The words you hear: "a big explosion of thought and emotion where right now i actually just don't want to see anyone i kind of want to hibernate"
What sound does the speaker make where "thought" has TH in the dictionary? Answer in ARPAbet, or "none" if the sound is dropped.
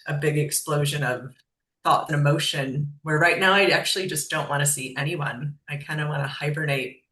TH